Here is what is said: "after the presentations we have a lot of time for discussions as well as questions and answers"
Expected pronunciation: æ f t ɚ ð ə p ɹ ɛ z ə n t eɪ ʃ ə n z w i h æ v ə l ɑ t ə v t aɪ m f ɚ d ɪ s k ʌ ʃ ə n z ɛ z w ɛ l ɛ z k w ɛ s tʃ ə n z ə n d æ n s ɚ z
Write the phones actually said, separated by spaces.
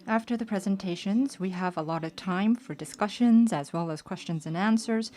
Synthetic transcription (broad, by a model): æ f t ɚ ð ə p ɹ ɛ z ə n t eɪ ʃ ə n z w i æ v ə l ɑ t ə v t aɪ m f ɚ d ɪ s k ʌ ʃ ə n z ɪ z w ɛ l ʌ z k w ɛ s tʃ ə n z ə n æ n s ɚ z